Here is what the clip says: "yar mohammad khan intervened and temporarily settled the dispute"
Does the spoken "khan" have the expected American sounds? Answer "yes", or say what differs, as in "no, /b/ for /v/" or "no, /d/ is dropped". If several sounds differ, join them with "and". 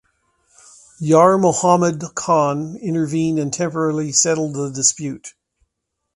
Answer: yes